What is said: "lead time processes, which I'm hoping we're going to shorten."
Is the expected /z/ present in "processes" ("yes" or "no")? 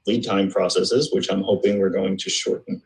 yes